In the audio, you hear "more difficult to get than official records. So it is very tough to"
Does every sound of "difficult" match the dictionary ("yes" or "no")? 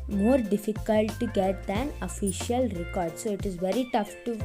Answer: yes